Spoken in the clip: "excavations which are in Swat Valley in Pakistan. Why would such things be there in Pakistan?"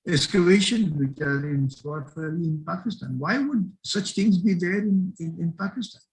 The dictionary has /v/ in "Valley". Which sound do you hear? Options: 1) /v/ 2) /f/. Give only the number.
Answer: 2